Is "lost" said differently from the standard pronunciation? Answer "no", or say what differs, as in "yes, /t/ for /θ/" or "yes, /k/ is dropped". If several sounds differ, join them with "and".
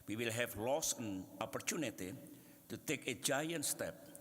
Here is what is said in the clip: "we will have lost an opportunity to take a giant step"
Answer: yes, /t/ is dropped